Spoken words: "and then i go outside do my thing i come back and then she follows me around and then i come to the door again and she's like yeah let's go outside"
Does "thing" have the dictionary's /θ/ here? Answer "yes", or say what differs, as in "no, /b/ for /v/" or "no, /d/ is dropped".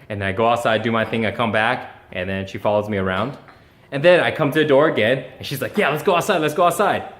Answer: yes